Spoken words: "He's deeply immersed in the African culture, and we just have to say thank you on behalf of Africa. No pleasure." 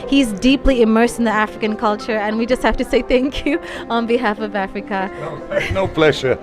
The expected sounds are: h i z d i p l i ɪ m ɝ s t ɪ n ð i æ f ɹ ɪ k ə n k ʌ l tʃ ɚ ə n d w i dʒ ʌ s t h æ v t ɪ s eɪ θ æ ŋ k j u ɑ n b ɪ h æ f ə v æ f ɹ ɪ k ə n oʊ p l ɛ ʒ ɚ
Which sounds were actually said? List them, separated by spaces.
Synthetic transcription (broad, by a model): h i z d i p l i ɪ m ɝ s t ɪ n ð i æ f ɹ ɪ k ə n k ʌ l tʃ ɚ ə n w i dʒ ʌ s t h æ f t ɪ s eɪ θ æ ŋ k j u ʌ n b ɪ h æ f ə v æ f ɹ ɪ k ə n oʊ p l ɛ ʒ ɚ